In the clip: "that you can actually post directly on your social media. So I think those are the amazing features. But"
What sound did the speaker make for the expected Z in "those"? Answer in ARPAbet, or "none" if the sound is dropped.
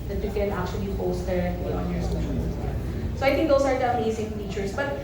S